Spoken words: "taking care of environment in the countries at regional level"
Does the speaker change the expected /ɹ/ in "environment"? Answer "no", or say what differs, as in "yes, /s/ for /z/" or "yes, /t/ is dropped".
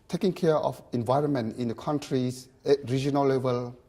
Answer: no